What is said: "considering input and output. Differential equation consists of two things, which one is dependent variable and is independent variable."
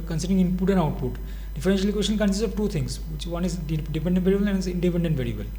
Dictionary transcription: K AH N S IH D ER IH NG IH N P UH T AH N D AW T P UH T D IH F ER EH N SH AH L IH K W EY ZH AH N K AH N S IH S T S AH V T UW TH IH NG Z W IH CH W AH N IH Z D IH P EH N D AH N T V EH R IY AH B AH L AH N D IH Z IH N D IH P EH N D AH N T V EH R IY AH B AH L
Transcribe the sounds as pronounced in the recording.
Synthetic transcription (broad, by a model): K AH N S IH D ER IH NG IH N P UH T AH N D AW T P UH T D IH F ER EH N SH AH L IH K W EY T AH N K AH N S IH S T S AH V T UW T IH NG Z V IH CH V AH N IH Z D IH P EH N D AH N T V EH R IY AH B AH L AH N IH Z IH N D IH P EH N D AH N T V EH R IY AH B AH L